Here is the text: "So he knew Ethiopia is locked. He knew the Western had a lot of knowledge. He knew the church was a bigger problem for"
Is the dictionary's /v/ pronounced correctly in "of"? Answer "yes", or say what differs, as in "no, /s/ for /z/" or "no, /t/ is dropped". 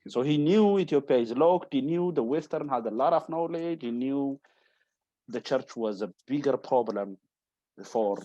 no, /f/ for /v/